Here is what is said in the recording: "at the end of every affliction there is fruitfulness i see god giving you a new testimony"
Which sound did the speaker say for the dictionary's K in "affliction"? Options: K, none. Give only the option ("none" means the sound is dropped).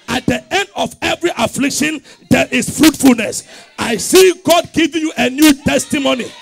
K